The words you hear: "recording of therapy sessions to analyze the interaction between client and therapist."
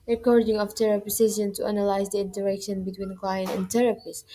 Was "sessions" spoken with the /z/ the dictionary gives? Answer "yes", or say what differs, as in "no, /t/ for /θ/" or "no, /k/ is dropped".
no, /z/ is dropped